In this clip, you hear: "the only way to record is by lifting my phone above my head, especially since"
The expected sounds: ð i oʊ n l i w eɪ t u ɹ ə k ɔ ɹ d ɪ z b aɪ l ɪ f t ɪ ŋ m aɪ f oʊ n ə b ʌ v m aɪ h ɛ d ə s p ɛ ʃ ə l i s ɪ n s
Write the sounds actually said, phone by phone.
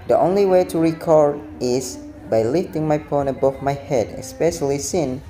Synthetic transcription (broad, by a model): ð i oʊ n l i w eɪ t u ɹ ə k ɔ ɹ d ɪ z b aɪ l ɪ f t ɪ ŋ m aɪ p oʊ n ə b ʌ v m aɪ h ɛ d ə s p ɛ ʃ ə l i s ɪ n